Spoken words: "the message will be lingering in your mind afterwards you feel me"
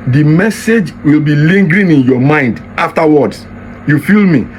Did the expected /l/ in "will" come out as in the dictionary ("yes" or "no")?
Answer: yes